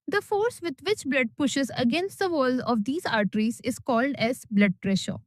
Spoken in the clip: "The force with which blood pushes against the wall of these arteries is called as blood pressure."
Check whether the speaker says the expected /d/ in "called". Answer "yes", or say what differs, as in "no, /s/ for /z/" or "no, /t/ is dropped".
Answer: yes